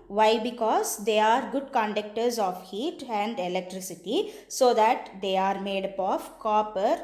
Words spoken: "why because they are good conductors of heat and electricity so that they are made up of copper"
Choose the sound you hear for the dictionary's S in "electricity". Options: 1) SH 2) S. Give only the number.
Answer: 2